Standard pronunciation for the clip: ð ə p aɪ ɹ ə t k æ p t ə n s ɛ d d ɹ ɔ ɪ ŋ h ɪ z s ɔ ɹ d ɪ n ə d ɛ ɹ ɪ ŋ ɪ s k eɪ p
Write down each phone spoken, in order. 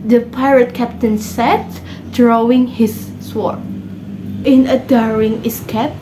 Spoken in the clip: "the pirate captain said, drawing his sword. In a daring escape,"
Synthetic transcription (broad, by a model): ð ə p aɪ ɹ ə t k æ p t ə n s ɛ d d ɹ ɔ ɪ ŋ h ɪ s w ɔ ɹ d ɪ n ə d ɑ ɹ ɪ ŋ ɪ s k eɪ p